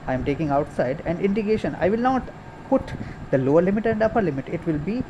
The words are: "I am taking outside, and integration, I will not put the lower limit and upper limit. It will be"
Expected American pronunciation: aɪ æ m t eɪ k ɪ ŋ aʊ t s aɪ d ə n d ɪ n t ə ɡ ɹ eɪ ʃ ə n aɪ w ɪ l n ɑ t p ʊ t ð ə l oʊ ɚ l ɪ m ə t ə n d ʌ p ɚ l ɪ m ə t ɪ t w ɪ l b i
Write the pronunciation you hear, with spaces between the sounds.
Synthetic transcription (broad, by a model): aɪ m t eɪ k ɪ ŋ aʊ t s aɪ d ə n d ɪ n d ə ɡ eɪ ʃ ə n aɪ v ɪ l n ɑ t p ʊ t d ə l oʊ ɚ l ɪ m ə t ə n d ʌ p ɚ l ɪ m ə t ɪ t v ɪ l b i